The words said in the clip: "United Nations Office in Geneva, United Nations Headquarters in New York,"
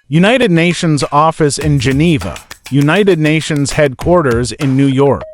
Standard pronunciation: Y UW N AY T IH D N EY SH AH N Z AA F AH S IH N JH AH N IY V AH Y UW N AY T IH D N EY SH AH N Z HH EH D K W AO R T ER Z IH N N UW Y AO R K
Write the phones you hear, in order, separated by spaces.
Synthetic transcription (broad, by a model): Y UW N AY T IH D N EY SH AH N Z AA F AH S IH N JH AH N IY V AH Y UW N AY T IH D N EY SH AH N Z HH EH D K W AO R T ER Z IH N N UW Y AO R K